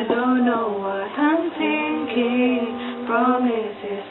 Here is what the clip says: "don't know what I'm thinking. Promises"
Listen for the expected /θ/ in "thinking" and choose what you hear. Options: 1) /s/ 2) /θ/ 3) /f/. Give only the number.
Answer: 1